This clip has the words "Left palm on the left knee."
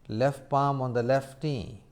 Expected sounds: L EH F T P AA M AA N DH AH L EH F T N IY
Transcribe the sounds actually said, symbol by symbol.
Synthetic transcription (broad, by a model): L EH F T P AA M AA N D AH L EH F T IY